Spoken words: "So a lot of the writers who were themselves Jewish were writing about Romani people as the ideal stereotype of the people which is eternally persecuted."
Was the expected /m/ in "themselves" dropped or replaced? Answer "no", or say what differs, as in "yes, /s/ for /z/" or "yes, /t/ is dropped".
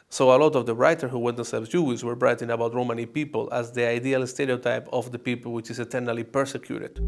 yes, /m/ is dropped